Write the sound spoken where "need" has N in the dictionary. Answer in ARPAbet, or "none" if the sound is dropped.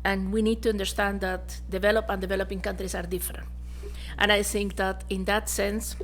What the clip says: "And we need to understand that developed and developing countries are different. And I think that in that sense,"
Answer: N